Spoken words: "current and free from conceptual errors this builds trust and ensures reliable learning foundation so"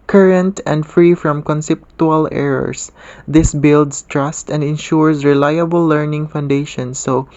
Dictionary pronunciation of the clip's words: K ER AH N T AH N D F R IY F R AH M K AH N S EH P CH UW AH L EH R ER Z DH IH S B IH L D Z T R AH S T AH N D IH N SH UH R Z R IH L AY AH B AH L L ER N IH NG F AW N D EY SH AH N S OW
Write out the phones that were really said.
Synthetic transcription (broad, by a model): K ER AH N T AH N D F R IY F R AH M K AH N S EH P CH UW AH L EH R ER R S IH S B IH L D S T R AH S T AH N D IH N SH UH R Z R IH L AY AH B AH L L ER N IH NG F AW N D EY SH AH N S OW